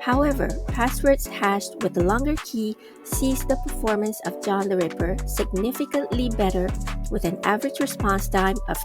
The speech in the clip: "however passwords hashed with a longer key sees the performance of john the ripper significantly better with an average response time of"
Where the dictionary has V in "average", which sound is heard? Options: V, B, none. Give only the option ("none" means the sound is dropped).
V